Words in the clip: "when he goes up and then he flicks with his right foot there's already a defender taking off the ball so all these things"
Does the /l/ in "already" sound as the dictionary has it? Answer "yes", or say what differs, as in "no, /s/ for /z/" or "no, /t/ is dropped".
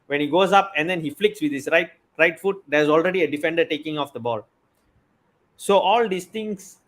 yes